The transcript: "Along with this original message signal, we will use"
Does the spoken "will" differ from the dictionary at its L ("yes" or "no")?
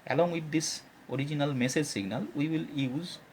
no